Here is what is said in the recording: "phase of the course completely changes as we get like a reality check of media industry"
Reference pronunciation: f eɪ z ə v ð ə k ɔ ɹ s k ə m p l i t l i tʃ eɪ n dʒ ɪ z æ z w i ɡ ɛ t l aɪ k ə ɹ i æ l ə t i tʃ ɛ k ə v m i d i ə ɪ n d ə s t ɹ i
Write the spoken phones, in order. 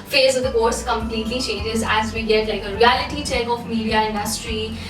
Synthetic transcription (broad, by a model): f eɪ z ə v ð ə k ɔ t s k ə m p l i t l i tʃ eɪ n dʒ ɪ z æ z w i ɡ ɛ t l aɪ k ə ɹ i æ l ə t i tʃ ɛ k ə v m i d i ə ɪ n d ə s t ɹ i